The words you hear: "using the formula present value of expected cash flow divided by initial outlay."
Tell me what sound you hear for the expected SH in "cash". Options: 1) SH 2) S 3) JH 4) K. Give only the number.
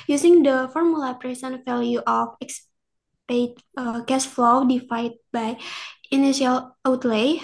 2